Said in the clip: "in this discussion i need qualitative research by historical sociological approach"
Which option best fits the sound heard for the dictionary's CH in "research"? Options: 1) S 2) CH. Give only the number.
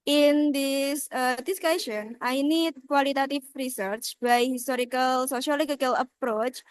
2